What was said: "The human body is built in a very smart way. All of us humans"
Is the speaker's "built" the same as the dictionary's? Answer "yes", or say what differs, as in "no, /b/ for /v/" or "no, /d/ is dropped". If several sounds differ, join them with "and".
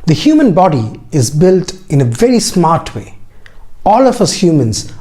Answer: yes